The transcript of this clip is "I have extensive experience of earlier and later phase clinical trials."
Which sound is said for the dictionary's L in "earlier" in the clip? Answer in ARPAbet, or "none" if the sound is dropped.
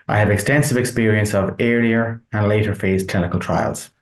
none